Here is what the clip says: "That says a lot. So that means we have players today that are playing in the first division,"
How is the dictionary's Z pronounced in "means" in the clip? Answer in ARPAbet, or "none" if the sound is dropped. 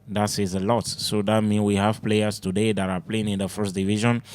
none